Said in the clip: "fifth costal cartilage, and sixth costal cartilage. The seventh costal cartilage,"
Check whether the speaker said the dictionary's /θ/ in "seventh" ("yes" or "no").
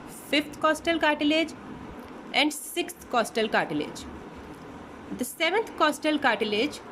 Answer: no